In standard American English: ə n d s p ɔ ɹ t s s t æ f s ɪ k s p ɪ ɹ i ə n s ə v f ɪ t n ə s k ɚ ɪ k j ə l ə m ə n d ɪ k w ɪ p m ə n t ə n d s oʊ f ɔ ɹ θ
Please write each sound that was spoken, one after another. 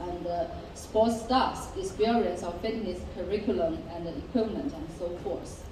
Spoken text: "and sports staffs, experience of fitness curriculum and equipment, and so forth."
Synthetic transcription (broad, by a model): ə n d s p ɔ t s s t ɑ s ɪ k s p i ɹ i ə n s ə f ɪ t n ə s k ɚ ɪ k j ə l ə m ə n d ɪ k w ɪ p m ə n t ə n s oʊ f ɔ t